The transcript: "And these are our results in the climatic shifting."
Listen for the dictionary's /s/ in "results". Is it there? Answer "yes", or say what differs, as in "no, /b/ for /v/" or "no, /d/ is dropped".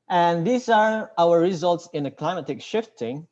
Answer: yes